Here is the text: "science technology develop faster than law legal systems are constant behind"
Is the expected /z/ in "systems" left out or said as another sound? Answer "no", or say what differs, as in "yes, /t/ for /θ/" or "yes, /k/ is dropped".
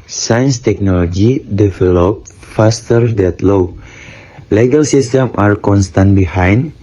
yes, /z/ is dropped